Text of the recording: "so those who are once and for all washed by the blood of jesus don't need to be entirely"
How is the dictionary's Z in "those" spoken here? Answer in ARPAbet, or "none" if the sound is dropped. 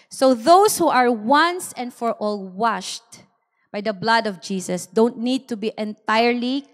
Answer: S